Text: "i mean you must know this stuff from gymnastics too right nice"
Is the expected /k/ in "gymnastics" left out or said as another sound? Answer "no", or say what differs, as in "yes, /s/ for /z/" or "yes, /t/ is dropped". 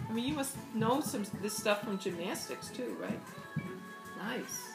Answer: no